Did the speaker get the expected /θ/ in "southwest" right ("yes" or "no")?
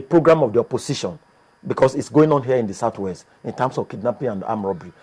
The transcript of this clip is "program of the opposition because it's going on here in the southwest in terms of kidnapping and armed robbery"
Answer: no